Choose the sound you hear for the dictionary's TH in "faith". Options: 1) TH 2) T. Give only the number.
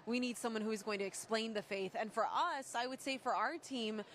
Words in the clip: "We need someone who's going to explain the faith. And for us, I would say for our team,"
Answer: 1